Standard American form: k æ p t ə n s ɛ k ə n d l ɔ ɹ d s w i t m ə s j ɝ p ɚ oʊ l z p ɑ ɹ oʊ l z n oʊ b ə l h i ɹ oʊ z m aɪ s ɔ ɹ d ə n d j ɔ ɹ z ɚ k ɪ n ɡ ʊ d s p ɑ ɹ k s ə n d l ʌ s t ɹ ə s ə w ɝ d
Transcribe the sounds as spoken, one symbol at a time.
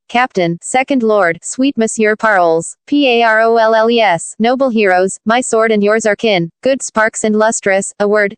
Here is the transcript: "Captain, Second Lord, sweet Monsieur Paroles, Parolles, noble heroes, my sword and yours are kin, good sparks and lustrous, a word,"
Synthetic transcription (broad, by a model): k æ p t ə n s ɛ k ə n d l ɔ ɹ d s w i t m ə s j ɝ p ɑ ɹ l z p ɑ ɹ oʊ l s n oʊ b l h i ɹ oʊ z m aɪ s ɔ ɹ d ə n d j ɔ ɹ z ɚ k ɪ n ɡ ʊ d s p ɑ ɹ k s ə n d l ʌ s t ɹ ə s ə w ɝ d